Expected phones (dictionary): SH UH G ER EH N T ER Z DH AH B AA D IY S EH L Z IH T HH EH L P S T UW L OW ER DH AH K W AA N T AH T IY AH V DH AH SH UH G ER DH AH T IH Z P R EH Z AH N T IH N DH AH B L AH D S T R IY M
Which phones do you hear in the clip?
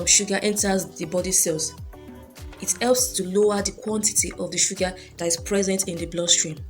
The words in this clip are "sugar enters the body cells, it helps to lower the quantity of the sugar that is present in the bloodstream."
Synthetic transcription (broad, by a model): SH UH G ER EH N T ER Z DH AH B AA D IY S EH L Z IH T HH EH L P S T UW L OW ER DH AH K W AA N T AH T IY AH V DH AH SH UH G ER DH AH T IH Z P R EH Z AH N T IH N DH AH B L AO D S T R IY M